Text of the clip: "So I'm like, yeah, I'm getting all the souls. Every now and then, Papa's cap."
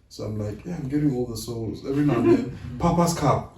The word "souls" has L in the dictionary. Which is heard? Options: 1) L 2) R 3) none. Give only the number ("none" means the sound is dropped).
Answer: 1